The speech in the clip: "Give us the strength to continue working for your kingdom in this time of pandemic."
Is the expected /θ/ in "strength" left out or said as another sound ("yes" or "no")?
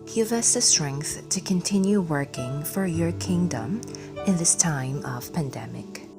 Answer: no